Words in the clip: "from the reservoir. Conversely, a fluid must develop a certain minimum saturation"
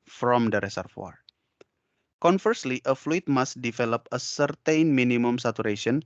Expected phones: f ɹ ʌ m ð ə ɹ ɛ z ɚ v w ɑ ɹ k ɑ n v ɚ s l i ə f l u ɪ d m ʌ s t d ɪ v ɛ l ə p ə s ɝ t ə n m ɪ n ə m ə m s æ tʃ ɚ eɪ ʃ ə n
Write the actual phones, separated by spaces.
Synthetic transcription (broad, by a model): f ɹ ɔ m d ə ɹ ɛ s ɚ f w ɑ ɹ k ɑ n f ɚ s l i ə f l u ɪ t m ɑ s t d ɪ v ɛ l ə p ə s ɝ t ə n m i n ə m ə m s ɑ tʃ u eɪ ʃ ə n